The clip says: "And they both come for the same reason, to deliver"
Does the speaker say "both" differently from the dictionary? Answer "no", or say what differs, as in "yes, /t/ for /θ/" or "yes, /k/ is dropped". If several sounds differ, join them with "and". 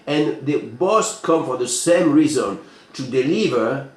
yes, /s/ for /θ/